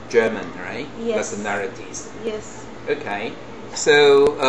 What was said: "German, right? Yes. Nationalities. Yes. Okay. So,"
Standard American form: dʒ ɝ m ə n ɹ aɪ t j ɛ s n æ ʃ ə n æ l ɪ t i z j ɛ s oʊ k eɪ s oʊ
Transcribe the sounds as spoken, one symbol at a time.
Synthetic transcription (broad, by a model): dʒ ɝ m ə n ɹ aɪ t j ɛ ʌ s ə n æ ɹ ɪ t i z j ɛ s oʊ k eɪ s oʊ